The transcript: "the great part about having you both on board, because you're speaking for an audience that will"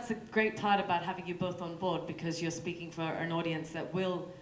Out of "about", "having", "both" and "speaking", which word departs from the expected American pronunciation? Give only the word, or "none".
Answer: none